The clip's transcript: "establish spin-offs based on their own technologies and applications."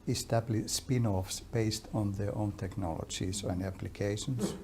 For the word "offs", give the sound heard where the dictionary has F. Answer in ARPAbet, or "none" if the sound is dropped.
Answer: F